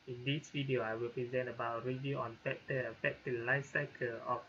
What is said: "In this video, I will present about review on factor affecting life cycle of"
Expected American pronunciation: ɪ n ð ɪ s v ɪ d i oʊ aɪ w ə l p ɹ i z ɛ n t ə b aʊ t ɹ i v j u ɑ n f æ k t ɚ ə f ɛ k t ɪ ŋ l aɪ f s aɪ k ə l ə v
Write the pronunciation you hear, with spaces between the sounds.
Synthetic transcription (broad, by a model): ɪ n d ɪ s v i d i oʊ aɪ w ə l p ɹ i z ɛ n t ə b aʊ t ɹ i v j u ɑ n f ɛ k t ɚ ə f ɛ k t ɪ l aɪ f s aɪ k ə l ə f